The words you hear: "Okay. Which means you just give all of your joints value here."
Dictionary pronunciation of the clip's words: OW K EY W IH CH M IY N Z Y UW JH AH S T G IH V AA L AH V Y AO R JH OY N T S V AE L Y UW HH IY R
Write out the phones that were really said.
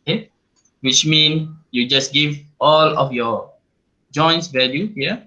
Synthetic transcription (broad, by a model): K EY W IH CH M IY N Y UW JH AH S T G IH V AA L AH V Y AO JH OY N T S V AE L Y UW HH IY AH